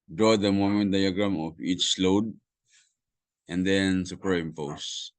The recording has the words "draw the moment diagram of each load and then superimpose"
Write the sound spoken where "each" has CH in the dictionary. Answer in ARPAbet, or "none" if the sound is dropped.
CH